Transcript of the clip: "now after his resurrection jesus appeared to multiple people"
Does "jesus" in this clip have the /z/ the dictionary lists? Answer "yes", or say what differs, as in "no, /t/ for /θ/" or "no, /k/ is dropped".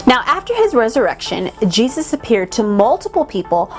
yes